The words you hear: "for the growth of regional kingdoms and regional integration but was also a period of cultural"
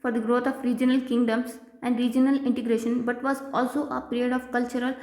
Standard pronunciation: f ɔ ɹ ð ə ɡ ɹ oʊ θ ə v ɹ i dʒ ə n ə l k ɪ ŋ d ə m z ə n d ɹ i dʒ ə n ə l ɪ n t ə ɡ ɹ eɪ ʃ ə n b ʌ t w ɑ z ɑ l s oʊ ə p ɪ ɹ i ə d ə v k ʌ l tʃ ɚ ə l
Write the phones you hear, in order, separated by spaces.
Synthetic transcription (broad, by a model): f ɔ ɹ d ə ɡ ɹ oʊ t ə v ɹ i dʒ ə n ə l k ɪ ŋ d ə m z ə n d ɹ i dʒ ə n ə l ɪ n t ə ɡ ɹ eɪ ʃ ə n b ʌ t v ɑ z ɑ l s oʊ ə p ɪ ɹ i ə d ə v k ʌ l tʃ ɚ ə l